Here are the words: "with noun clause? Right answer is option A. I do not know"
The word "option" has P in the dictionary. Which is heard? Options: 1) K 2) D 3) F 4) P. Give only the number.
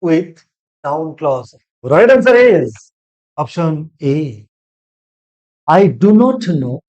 4